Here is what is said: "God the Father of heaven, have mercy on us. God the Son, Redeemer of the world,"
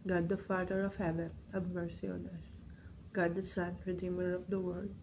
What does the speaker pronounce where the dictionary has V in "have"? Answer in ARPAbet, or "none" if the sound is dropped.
B